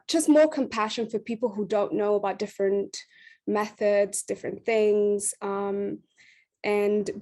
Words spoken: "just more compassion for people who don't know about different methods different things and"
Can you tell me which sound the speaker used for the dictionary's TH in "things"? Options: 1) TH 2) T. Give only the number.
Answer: 1